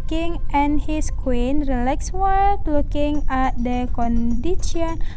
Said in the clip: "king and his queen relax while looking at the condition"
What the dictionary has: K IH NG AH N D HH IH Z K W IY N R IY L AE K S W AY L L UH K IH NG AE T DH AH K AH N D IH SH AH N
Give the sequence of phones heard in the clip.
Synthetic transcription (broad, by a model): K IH NG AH N HH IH S K W IY N R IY L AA K S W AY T L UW K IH NG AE T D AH K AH N D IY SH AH N